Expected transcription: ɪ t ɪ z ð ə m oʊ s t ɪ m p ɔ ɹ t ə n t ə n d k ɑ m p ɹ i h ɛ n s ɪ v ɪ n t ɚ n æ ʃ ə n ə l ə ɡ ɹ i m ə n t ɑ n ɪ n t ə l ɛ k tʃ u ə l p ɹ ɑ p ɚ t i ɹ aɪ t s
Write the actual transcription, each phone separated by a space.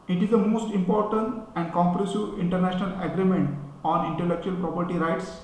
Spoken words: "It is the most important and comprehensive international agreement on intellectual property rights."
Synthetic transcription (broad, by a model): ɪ t ɪ z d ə m oʊ s t ɪ m p ɔ ɹ t ə n t ə n d k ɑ m p ɹ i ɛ s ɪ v ɪ n t ɚ n æ ʃ ə n ə l ə ɡ ɹ i m ə n t ɑ n ɪ n t ə l ɛ k tʃ u ə l p ɹ ɑ p ɚ t i ɹ aɪ t s